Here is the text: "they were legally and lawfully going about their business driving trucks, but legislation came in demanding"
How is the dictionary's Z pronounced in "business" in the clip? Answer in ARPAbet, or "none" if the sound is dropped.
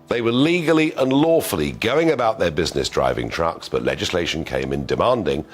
Z